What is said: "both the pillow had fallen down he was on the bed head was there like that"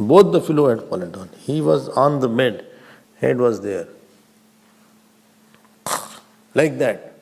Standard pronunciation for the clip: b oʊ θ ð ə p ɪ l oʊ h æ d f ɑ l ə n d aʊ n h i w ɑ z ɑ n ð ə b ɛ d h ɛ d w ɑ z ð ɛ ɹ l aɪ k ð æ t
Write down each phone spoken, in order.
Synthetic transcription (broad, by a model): b oʊ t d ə f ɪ l oʊ h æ d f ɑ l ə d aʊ n h i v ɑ z ɑ n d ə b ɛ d h ɛ d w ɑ z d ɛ ɹ l aɪ k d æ t